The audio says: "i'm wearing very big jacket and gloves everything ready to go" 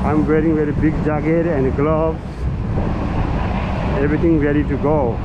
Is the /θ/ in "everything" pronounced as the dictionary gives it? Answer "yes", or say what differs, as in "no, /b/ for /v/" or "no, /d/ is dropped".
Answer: no, /t/ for /θ/